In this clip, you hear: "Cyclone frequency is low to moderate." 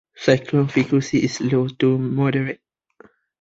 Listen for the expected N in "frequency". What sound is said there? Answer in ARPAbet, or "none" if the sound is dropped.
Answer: L